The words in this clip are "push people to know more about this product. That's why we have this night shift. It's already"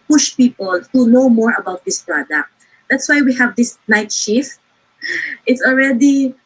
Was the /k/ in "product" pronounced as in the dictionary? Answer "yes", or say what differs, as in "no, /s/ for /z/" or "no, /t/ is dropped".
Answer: yes